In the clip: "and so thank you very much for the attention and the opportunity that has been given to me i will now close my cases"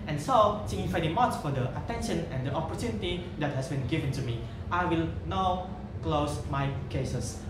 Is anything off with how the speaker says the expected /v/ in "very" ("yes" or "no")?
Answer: yes